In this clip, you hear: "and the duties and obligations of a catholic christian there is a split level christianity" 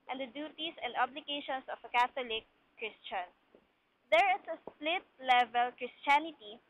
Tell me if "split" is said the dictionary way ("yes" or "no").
yes